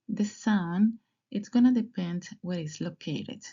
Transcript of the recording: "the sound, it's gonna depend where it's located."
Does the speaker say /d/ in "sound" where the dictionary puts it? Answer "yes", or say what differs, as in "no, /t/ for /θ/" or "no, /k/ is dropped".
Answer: no, /d/ is dropped